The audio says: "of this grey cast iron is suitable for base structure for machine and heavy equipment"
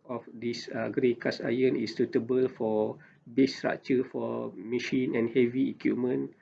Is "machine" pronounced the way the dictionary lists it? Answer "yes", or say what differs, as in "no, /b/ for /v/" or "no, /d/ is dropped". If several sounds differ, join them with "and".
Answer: yes